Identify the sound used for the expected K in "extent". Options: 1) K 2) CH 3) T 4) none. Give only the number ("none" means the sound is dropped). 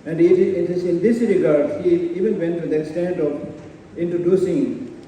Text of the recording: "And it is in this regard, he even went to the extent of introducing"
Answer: 1